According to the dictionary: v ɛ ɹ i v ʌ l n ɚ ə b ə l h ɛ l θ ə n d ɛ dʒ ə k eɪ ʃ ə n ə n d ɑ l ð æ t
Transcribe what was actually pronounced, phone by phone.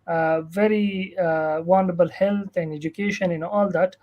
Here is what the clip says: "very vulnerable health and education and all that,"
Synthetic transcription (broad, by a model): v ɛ ɹ i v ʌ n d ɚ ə b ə l h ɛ l t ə n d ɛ dʒ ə k eɪ ʃ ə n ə n ɑ l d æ t